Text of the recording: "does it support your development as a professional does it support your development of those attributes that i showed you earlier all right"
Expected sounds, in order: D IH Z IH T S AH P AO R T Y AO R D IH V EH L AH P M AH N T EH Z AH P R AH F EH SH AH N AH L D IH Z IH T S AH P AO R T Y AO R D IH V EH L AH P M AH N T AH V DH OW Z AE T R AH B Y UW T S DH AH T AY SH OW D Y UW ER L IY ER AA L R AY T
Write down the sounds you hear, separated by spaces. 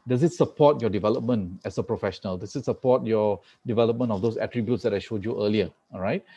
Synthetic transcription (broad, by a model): D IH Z IH T S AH P AO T Y AO D IH V EH L AH P M AH N T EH S AH P R AH F EH SH AH N AH L D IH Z IH T S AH P AO T Y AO D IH V EH L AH P M AH N AH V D OW S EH T R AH B Y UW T S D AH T AY SH OW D Y UW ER L IY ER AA R AY T